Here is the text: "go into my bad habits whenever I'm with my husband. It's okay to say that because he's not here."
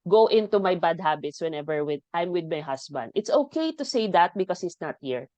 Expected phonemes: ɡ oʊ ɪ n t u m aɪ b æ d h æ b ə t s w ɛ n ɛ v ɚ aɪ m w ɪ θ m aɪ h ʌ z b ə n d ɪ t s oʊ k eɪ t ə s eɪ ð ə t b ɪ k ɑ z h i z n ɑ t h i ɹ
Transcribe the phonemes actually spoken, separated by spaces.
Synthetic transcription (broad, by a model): ɡ oʊ ɪ n t u m aɪ b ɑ d h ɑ b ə t s w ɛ n ɛ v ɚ aɪ m w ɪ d m aɪ h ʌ s b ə n d ɪ t s oʊ k eɪ t ə s eɪ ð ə t b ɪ k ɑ s h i s n ɑ t h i ɹ